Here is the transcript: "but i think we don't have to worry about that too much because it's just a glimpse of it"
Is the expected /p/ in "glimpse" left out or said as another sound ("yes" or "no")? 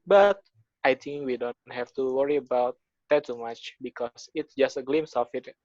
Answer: yes